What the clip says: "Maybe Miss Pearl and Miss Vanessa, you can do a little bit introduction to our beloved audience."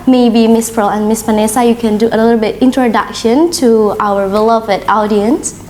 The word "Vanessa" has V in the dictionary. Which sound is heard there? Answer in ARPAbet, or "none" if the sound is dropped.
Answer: P